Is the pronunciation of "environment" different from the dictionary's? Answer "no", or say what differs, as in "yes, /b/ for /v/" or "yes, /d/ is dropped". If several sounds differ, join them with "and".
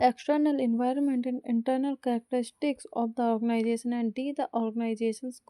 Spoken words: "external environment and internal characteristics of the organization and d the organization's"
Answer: no